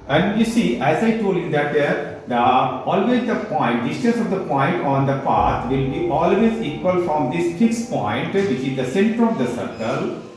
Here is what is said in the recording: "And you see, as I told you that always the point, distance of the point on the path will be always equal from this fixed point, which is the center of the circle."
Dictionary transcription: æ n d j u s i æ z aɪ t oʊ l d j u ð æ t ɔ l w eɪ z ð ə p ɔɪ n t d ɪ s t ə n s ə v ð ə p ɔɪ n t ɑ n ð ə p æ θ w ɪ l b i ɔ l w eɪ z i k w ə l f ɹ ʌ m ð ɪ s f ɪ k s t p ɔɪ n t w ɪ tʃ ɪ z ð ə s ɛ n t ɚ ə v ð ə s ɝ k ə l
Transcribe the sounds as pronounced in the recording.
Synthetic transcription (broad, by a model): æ n d j u s i æ z aɪ t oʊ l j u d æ t ɔ l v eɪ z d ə p ɔɪ n t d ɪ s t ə s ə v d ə p ɔɪ n t ɑ n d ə p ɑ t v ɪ l b i ɔ l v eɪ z i k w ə l f ɹ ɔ m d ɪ s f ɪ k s p ɔɪ n t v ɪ tʃ ɪ z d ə s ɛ n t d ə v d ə s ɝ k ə l